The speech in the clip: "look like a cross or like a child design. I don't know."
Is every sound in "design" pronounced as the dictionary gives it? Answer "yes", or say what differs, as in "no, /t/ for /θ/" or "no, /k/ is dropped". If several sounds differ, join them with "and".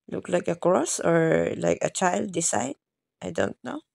no, /s/ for /z/